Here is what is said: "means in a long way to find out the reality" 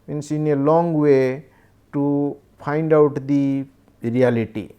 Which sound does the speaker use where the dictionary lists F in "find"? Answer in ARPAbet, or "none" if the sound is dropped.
P